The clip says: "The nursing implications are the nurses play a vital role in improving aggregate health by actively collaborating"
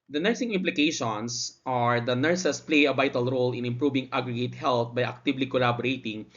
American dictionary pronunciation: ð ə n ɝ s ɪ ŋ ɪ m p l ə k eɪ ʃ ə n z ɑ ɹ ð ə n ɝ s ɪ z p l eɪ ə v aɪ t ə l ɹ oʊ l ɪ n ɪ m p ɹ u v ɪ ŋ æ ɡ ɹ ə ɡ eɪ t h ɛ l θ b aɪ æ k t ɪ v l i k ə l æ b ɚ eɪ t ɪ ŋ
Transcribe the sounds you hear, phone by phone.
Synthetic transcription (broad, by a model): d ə n ɝ s ɪ ŋ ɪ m p l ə k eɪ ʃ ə n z ɑ ɹ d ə n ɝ s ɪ s p l eɪ ə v aɪ t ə l ɹ oʊ l ɪ n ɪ m p ɹ u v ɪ ŋ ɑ ɡ ɹ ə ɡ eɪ t h ɛ l t b aɪ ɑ k t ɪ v l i k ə l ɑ b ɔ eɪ t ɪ ŋ